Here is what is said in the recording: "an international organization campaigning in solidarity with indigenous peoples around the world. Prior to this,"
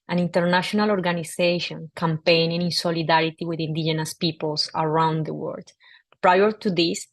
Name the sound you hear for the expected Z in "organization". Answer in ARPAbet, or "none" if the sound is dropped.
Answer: S